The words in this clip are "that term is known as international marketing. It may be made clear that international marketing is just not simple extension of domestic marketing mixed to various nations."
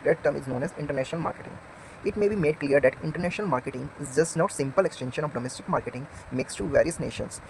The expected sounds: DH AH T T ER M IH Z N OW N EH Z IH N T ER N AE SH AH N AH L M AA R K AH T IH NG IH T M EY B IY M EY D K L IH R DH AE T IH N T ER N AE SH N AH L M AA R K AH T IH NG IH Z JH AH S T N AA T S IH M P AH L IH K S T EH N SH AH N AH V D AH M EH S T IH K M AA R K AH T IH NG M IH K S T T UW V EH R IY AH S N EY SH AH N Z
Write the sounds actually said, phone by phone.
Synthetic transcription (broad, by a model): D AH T T ER M IH Z N OW N EH Z IH N T ER N AE SH AH N AH L M AA R K AH T IH NG IH T M EY B IY M EY D K L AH R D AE T IH N T ER N AE SH N AH L M AA R K AH T IH NG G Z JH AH S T N AA T S IH M P AH L IH K S T EH N SH AH N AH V D AH M EH S T IH K M AA R K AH T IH NG M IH K S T T UW V EH R IY AH S N EY SH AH N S